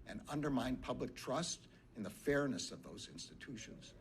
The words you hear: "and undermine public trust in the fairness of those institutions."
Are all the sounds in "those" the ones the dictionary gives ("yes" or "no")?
yes